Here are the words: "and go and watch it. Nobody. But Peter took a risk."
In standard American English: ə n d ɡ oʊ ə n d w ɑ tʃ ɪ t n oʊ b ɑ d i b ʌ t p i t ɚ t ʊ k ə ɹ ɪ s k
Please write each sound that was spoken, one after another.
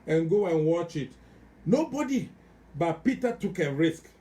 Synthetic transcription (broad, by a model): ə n ɡ oʊ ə n w ɑ tʃ ɪ t n oʊ b ɑ d i b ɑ t p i t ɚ t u k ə ɹ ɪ s k